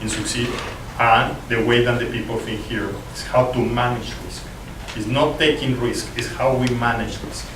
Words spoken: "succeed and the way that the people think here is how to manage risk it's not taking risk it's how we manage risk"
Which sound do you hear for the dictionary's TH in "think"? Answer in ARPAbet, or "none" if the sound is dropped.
F